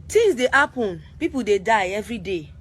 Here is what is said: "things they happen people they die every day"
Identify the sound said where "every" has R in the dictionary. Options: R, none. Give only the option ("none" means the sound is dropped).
R